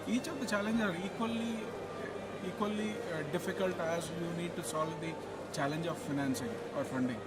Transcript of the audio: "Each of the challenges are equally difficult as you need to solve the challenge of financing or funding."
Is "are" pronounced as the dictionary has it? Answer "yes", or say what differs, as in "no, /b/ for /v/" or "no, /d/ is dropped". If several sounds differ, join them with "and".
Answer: no, /l/ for /ɹ/